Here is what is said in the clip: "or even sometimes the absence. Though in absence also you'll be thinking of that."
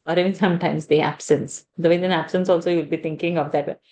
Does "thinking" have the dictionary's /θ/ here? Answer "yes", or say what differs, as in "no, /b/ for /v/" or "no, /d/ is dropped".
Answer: no, /t/ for /θ/